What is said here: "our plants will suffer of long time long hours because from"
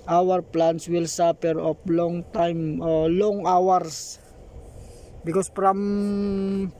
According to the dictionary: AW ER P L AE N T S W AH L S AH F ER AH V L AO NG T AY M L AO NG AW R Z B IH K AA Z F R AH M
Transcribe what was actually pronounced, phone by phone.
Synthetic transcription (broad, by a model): AW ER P L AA N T S W AH L S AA P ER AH P L AO NG T AY M L AO NG AW R S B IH K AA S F R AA M